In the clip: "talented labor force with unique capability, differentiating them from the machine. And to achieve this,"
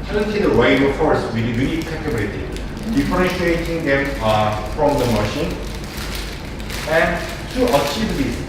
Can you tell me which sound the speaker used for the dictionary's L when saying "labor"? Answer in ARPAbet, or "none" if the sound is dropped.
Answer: W